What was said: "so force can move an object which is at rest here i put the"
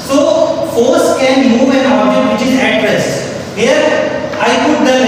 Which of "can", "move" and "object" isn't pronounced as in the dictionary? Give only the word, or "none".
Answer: object